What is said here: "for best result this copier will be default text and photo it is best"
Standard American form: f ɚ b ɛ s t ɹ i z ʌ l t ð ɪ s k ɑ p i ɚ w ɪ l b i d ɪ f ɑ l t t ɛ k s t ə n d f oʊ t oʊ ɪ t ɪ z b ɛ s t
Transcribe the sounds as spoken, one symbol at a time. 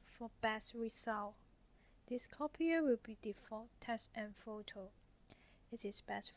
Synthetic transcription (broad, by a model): f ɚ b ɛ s ɹ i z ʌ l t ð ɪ s k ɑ p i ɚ w ɪ l b i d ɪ f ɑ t t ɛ s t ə n f oʊ t oʊ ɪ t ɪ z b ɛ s